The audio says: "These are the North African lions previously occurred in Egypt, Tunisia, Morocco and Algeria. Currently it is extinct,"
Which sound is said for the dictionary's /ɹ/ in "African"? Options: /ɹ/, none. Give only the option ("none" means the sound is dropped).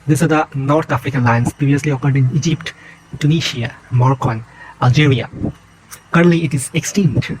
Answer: /ɹ/